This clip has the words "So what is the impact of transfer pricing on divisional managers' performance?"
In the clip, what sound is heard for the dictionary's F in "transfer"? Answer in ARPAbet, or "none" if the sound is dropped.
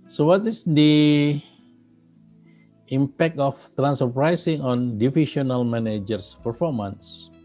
none